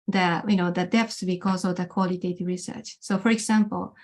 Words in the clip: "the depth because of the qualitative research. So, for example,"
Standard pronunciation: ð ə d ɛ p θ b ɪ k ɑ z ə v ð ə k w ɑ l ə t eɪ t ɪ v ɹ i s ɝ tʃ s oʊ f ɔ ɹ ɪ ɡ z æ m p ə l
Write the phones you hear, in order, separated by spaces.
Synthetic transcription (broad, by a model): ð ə d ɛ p s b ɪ k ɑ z ə v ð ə k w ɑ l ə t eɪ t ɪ ɹ i s ɝ tʃ s oʊ f ɔ ɹ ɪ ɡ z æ m p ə l